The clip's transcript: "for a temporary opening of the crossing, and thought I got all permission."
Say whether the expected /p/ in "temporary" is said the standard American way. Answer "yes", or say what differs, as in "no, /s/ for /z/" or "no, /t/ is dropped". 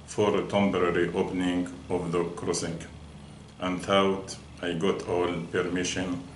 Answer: no, /b/ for /p/